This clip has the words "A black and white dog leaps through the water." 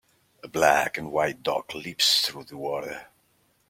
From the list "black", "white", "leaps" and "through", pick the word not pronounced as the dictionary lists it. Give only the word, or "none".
none